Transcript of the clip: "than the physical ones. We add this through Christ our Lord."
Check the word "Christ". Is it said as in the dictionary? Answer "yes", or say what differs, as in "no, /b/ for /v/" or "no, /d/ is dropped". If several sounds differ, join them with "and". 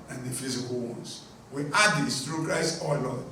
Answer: no, /t/ is dropped